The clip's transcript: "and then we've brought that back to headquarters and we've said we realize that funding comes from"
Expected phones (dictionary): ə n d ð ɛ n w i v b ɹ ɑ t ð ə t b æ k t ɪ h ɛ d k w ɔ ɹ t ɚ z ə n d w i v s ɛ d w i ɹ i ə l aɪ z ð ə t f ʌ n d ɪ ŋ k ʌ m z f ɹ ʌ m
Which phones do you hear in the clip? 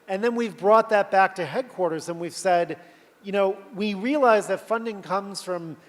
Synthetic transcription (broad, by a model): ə n ð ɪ n w i v b ɹ ɑ t ð ə t b æ k t ɪ h ɛ d k w ɔ ɹ t ɚ z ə n w i v s ɛ d w i ɹ i ə l aɪ z ð ə t f ʌ n d ɪ ŋ k ʌ m z f ɹ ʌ m